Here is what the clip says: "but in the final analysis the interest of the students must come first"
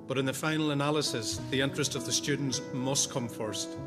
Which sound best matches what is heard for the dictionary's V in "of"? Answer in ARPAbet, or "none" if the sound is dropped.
V